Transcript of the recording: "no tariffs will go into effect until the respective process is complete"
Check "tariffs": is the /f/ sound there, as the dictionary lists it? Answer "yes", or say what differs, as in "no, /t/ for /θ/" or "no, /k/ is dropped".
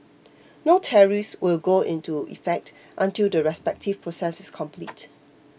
no, /f/ is dropped